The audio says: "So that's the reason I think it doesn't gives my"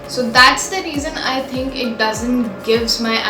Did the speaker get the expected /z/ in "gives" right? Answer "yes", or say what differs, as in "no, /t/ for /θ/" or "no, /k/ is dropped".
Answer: yes